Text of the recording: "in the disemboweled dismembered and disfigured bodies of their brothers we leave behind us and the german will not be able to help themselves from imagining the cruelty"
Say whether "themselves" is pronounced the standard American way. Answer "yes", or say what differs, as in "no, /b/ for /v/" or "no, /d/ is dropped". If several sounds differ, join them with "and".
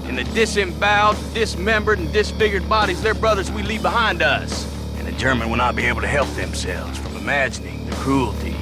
yes